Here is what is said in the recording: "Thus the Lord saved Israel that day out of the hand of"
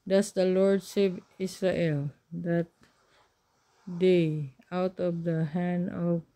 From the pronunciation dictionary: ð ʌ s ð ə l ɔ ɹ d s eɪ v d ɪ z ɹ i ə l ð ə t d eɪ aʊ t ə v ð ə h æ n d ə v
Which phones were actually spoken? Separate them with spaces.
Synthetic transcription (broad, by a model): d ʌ s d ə l ɔ ɹ d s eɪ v ɪ s ɹ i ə l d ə t d eɪ aʊ t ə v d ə h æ n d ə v